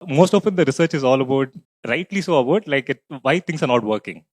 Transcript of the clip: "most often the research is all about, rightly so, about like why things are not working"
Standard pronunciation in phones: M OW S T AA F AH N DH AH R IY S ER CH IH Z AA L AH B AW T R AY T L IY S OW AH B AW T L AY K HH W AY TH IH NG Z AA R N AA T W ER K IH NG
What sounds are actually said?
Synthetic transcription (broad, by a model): M OW S T AA F AH N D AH R IY S ER CH IH Z AA L AH B AW T R AY T L IY S OW AH B AW T L AY K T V AY T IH NG S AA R N AA T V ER K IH NG